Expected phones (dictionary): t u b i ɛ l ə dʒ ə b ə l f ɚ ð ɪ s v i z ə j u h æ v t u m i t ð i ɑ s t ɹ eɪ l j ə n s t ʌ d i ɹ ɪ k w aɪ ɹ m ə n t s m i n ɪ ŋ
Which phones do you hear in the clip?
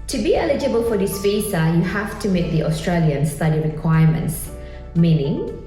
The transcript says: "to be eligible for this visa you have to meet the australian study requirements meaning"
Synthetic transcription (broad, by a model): t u b i ɛ l ə dʒ ə b ə l f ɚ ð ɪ s f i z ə j u h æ f t u m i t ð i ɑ s t ɹ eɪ l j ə n s t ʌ d i ɹ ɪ k w aɪ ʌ m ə n t s m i n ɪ ŋ